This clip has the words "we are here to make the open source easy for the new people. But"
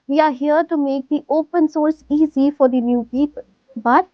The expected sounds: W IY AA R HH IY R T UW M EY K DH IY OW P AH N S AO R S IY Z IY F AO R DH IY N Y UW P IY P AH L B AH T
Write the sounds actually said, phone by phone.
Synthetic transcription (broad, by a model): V IY AA R HH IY R T UW M EY K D IY OW P AH N S AO R S IY Z IY F AO R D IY N Y UW P IY P AH L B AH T